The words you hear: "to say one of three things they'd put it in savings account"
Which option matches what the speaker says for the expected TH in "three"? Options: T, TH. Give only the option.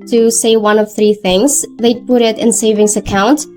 TH